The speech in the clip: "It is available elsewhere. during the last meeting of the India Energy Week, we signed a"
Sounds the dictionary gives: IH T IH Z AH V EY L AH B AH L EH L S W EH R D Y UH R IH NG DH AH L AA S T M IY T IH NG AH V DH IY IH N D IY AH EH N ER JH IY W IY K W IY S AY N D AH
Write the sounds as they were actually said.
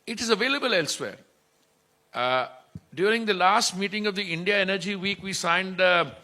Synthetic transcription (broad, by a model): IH T IH Z AH V EY L AH B AH L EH L S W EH R D Y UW R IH NG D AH L AA S T M IY T IH NG AH V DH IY IH N D IY AH EH N ER JH IY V IY K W IY S AY N D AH